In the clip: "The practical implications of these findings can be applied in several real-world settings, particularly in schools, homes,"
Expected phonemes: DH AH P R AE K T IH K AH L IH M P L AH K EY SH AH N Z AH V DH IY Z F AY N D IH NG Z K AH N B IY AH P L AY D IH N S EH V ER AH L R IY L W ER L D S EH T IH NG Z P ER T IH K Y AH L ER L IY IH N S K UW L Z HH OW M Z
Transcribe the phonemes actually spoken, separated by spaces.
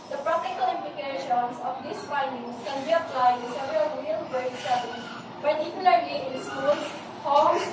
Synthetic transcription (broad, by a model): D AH P R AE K T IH K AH L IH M P L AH K EY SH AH N S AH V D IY S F AY N D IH NG S K AH N B IY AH P L AY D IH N S EH V ER AH L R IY L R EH D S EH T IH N P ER T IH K Y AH L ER L IY IH N S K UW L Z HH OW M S